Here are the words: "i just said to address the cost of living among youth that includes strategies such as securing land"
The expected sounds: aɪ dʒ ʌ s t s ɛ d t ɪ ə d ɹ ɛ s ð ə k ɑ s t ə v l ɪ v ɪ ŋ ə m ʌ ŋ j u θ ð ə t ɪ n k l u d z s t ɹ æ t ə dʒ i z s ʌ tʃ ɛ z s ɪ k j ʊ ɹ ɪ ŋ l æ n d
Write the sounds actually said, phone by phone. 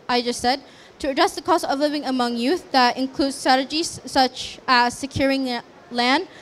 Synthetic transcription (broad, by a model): aɪ dʒ ʌ s t s ɛ d t ɪ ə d ɹ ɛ s ð ə k ɑ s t ə v l ɪ v ɪ ŋ ə m ʌ ŋ j u θ ð ə t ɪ n k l u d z s t ɹ æ t ə dʒ i z s ʌ tʃ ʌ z s ɪ k j ʊ ɹ ɪ ŋ l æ n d